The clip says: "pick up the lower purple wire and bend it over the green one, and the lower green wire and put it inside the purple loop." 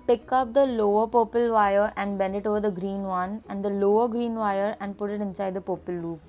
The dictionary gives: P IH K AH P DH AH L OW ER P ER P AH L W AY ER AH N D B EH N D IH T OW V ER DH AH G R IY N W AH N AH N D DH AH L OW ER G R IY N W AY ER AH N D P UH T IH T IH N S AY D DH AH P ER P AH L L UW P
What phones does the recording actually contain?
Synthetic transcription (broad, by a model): P IH K AH P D AH L OW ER P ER P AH L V AY ER AH N D B EH N D IH T OW V ER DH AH G R IY N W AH N AH N D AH L OW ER G R IY N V AY ER AH N D P UH T IH T IH N S AY D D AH P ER P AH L L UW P